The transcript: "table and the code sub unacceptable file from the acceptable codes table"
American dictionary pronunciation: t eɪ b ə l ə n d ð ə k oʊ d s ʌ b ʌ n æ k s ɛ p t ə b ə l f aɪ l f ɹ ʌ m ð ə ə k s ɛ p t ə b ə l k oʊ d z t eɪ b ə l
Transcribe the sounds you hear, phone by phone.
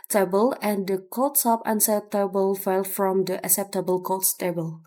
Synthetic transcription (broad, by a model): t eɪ b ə l ə n d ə k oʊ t s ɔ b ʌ n s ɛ t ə b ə l f aɪ l f ɹ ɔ m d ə ə k s ɛ p t ə b ə l k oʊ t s t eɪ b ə l